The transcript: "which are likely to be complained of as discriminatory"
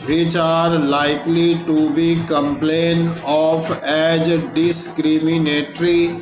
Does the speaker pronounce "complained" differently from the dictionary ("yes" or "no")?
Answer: yes